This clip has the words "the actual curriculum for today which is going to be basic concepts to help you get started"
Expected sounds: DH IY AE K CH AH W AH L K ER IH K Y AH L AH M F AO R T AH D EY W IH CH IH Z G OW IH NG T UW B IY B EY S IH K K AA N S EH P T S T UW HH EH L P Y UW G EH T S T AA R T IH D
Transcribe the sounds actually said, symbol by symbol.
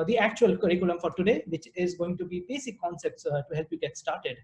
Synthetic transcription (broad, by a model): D IY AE K CH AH AH L K ER IH K Y AH L AH M F AO R T AH D EY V IH CH IH Z G OW IH NG T UW B IY B EY S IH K K AA N S EH P T S T UW HH EH L P Y UW G EH T S T AA R T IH D